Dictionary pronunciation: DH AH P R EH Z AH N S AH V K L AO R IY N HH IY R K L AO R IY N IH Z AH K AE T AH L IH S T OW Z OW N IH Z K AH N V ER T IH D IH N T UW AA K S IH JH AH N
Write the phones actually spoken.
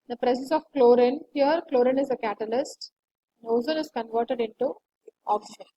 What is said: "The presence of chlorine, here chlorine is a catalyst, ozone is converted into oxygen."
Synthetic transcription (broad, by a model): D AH P R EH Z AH S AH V K L AO R IY N HH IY R K L AO R IY N IH Z AH K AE T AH L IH S T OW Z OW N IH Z K AH N V ER T IH D IH N T UW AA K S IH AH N